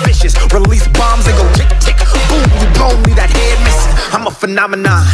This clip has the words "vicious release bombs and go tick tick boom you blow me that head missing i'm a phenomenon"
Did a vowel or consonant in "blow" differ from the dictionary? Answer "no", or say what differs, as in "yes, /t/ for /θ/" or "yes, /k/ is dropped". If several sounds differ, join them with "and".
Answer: yes, /l/ is dropped